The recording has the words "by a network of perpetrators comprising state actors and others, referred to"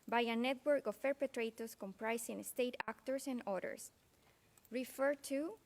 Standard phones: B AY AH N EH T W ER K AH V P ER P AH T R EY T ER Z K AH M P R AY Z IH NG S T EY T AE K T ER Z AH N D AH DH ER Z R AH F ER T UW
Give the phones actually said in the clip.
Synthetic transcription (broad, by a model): B AY AH N EH T W ER K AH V P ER P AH T R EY T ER S K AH M P R AY S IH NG S T EY T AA K T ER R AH N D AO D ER S R AH F ER T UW